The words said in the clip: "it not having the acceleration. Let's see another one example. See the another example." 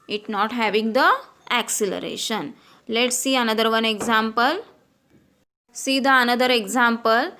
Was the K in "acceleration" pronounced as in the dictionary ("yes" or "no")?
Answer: yes